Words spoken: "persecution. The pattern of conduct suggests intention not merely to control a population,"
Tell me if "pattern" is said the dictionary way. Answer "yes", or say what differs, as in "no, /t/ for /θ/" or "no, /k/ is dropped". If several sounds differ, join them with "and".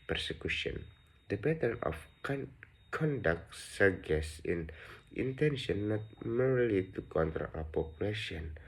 no, /b/ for /p/